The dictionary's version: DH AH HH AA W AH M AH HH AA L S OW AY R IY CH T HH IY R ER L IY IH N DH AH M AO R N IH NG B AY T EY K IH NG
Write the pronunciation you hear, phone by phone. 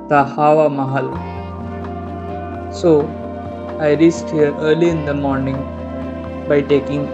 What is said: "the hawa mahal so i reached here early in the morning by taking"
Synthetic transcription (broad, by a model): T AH HH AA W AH M AH HH AA L S OW AY R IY S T HH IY R ER L IY IH N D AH M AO R N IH NG B AY T EY K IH NG